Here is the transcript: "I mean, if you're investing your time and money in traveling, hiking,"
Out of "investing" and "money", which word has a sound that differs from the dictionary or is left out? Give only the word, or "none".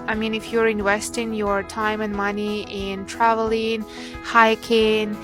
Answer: investing